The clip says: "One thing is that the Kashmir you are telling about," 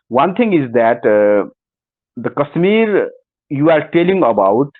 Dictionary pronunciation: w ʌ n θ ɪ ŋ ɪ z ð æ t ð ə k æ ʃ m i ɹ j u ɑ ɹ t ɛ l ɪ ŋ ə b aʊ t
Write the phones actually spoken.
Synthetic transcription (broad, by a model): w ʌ n t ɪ ŋ ɪ z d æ t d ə k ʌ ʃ m i ɹ j u ɑ ɹ t ɛ l ɪ ŋ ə b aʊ t